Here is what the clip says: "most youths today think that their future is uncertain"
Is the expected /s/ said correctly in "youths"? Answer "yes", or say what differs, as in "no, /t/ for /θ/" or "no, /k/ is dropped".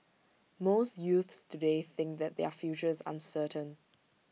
yes